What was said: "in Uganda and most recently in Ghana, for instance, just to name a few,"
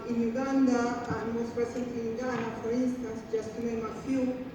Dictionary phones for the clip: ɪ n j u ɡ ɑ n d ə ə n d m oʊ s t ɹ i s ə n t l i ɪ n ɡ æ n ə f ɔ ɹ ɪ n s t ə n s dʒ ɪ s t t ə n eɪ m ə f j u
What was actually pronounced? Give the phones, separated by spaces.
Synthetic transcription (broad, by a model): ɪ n j u ɡ ɑ n d ə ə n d m oʊ s t ɹ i s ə n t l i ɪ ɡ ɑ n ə f ɔ ɹ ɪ n s t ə n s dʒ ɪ s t t ə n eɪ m ə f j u